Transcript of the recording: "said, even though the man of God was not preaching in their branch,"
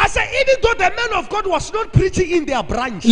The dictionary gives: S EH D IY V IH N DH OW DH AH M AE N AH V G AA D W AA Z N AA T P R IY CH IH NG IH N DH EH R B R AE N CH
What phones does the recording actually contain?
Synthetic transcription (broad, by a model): S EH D IY V IH N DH OW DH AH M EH N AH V G AA D W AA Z N AA T P R IY CH IH NG IH N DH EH B R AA N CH